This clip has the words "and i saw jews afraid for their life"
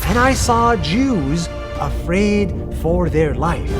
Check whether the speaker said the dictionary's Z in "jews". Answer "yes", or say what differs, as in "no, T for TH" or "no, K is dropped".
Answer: yes